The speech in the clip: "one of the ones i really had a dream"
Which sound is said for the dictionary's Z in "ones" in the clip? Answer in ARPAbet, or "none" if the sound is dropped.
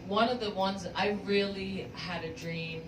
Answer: Z